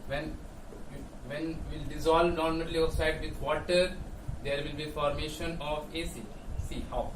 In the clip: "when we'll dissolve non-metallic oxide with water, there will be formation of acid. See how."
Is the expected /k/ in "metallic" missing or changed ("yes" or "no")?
yes